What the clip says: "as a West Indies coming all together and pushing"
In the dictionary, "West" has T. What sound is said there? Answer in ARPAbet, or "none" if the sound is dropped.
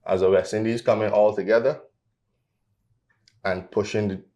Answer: none